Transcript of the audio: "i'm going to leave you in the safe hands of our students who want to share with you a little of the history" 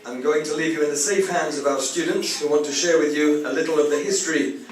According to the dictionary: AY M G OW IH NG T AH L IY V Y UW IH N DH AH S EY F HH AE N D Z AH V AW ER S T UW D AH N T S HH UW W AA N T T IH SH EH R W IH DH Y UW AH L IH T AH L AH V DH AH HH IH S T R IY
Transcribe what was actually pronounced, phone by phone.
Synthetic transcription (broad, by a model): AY M G OW IH NG T AH L IY V Y UW IH N DH AH S EY F HH AE N D Z AH V AW ER S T UW D N T S HH UW W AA N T T IH SH EH R W IH DH Y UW AH L IH T L AH V DH AH HH IH S T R IY